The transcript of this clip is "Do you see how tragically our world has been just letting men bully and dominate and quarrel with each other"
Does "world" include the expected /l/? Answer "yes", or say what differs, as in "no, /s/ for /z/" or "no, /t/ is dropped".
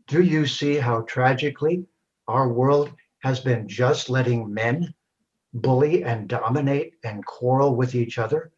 yes